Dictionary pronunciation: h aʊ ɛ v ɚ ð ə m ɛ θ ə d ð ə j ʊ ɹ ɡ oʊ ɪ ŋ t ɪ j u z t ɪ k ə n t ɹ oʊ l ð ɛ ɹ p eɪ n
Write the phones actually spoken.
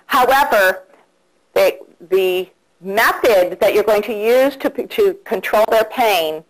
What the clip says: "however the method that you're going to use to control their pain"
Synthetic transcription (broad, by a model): h aʊ ɛ v ɚ ð ə m ɛ θ ə d ð ə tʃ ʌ ɹ ɡ oʊ ɪ ŋ t ɪ j u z t ɪ k ə n t ɹ oʊ l ð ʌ ɹ p eɪ n